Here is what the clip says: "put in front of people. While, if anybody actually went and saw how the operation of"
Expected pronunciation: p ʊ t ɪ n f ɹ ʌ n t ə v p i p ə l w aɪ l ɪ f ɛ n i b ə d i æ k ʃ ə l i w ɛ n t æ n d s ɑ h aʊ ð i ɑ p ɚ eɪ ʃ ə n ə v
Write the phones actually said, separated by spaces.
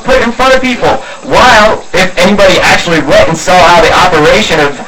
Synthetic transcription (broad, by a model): p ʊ t ɪ n f ɹ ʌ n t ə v p i p l w aɪ l ɪ f ɛ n i b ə d i æ k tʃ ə l i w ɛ t n s ɑ aʊ ð i ɑ p ɚ eɪ ʃ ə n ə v